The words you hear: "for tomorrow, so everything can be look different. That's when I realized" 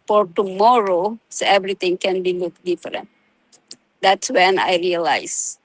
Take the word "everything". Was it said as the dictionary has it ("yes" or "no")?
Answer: no